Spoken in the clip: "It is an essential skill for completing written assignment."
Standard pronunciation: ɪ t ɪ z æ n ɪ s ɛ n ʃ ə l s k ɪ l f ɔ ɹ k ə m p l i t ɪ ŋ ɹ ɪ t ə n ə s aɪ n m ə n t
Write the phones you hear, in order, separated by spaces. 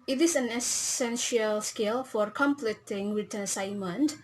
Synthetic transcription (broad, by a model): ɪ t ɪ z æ n ɪ s ɛ n ʃ ə l s k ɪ l f ɔ ɹ k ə m p l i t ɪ ŋ w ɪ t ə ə s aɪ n m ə n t